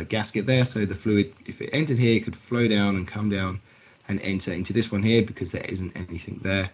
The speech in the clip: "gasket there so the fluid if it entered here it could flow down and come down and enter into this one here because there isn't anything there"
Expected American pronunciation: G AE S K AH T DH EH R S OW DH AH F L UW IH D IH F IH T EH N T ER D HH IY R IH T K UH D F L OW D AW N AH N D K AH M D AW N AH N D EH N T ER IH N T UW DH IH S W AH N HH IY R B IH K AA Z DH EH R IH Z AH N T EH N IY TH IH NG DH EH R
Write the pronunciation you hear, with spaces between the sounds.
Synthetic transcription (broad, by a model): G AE S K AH T DH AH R S OW DH AH F L UW IH D IH F IH T EH N T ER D HH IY R IH T K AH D F L OW D AW N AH N K AH M D AW N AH N EH N T ER IH N T UW DH IH S W AH N HH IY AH B IH K AA Z DH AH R IH Z AH N T EH N IY TH IH NG DH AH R